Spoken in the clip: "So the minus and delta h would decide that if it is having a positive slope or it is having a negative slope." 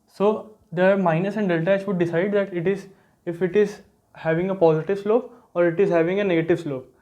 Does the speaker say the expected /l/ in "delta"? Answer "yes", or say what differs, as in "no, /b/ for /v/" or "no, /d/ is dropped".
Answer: yes